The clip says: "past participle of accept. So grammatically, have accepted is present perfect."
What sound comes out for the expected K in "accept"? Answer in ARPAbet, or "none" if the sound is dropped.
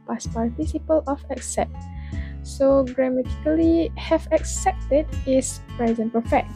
K